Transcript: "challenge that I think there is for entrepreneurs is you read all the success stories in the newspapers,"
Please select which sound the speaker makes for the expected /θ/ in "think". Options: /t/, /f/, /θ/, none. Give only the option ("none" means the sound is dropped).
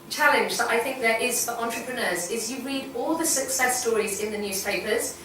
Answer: /θ/